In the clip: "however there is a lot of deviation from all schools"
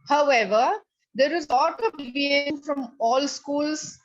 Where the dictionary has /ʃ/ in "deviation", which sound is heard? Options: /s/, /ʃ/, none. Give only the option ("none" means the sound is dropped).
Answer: none